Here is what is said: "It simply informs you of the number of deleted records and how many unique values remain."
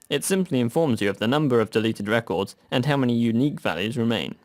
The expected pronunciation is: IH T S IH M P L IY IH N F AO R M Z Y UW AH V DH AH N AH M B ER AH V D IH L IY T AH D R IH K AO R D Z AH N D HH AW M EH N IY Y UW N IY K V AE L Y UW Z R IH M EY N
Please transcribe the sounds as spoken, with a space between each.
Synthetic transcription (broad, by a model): IH T S IH M P L IY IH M F AO R M Z Y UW AH V DH AH N AH M B ER AH V D IH L IY T AH D R IH K AO R D Z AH N HH AW M EH N IY Y UW N IY K V AE L Y UW Z R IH M EY N